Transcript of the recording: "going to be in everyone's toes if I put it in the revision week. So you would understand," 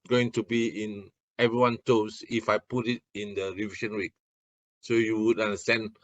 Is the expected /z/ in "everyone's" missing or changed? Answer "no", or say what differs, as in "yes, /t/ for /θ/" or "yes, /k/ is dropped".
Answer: yes, /z/ is dropped